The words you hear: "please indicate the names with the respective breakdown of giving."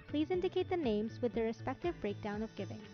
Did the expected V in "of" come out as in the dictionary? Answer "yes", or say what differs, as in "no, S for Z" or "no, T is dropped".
yes